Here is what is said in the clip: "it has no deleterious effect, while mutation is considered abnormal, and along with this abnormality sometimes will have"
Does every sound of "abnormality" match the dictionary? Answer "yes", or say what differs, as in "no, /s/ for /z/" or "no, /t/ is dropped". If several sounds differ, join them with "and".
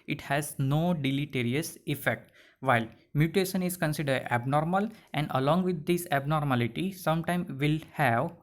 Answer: yes